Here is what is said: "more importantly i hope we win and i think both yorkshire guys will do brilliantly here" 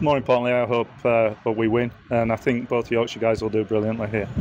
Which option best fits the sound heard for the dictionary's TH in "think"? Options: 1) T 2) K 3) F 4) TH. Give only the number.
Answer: 4